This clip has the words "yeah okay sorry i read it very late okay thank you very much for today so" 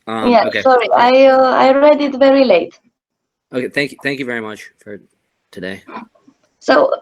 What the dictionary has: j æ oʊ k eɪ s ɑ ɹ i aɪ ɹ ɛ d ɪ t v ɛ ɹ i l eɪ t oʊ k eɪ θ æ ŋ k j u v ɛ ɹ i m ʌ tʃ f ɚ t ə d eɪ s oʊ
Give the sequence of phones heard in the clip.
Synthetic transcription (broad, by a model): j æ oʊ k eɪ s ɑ ɹ i aɪ ɹ ɛ d ɪ t v ɛ ɹ i l eɪ t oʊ k eɪ θ æ ŋ k j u v ɛ ɹ i m ʌ tʃ f ɚ t ə d eɪ s oʊ